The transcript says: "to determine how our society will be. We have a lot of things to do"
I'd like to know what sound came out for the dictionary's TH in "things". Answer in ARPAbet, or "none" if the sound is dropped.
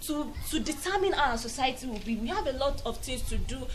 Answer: T